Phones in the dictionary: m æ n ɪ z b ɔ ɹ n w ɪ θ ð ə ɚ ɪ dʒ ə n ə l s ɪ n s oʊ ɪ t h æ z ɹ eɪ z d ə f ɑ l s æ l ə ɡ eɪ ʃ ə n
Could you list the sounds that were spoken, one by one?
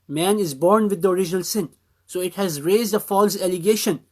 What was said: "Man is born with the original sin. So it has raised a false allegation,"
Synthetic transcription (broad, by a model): m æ n ɪ z b ɔ ɹ n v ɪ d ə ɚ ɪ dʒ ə n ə l s ɪ n s oʊ ɪ t h æ z ɹ eɪ z d ə f ɑ l s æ l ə ɡ eɪ ʃ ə n